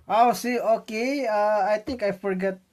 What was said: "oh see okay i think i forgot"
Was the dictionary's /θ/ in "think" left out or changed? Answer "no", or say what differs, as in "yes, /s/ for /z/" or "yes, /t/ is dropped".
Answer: yes, /t/ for /θ/